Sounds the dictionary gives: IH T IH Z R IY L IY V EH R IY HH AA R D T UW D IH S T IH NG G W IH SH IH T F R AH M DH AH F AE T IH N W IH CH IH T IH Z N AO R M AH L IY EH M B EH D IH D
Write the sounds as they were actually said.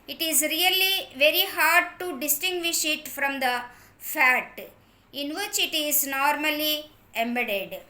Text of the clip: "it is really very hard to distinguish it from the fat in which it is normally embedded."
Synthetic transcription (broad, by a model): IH T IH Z R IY L IY V EH R IY HH AA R D T UW D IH S T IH NG G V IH SH IH T F R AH M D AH F AE T IH N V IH CH IH T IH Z N AO R M AH L IY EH M B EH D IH D